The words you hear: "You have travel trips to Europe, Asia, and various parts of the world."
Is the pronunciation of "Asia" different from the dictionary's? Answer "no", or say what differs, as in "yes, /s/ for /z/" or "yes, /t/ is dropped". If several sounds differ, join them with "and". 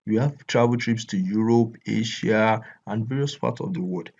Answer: yes, /ʃ/ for /ʒ/